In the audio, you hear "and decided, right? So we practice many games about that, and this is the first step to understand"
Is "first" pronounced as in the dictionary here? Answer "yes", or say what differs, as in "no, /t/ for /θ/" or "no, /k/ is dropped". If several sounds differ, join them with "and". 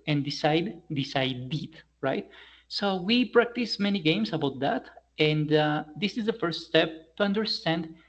yes